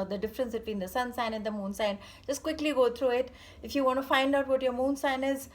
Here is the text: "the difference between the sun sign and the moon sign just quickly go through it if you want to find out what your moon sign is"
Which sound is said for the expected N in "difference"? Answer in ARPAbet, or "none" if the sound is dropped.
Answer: N